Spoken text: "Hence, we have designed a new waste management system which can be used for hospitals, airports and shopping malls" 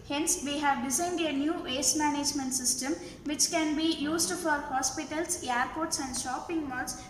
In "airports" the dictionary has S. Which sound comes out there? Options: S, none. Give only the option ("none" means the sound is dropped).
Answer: S